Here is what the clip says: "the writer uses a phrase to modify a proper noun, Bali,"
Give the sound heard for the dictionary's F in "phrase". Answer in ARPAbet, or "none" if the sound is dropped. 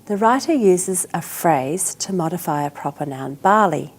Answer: F